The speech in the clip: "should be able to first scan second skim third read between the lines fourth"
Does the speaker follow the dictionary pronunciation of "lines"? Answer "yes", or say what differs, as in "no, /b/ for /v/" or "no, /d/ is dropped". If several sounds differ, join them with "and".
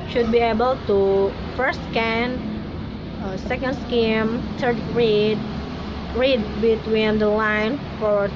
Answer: no, /z/ is dropped